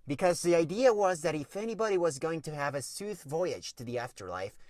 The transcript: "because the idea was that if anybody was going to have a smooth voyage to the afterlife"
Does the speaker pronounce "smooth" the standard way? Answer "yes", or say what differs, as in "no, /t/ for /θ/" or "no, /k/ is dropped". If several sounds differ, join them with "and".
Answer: no, /m/ is dropped